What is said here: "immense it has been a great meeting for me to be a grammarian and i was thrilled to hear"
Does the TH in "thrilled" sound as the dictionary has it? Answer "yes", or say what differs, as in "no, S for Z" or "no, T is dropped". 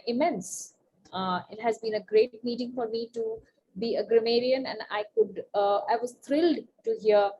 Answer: no, T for TH